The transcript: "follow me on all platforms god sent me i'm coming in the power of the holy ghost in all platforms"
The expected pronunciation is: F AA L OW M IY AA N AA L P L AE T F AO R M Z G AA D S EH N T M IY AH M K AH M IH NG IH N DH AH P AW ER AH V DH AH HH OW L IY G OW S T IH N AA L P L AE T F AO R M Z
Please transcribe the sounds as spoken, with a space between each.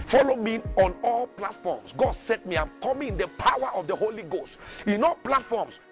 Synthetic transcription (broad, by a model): F AA L OW M IY AA N AA L P L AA T F AO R M S G AA D S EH T M IY AH M K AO M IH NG IH N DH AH P AW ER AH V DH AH HH OW L IY G OW S T IH N AA L P L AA T F AO M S